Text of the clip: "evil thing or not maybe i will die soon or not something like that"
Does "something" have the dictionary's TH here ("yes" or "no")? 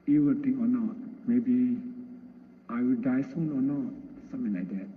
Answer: no